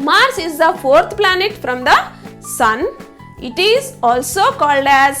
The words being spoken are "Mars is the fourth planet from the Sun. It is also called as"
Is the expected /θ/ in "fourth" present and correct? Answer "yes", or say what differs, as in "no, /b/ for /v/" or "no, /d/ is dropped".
no, /t/ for /θ/